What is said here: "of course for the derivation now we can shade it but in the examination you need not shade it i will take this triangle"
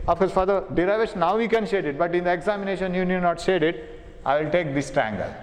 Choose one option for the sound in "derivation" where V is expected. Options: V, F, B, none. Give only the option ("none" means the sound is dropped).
none